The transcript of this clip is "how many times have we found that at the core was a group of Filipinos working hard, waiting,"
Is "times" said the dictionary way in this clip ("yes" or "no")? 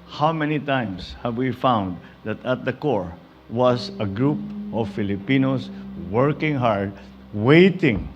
no